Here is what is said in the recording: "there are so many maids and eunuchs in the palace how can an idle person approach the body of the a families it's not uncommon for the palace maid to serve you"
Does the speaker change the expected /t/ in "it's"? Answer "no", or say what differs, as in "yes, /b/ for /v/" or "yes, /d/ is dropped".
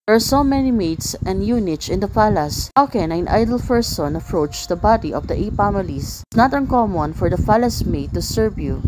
yes, /s/ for /t/